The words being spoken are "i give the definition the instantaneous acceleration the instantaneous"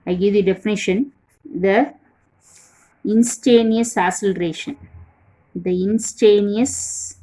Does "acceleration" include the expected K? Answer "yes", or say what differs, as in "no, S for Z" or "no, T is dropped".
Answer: no, K is dropped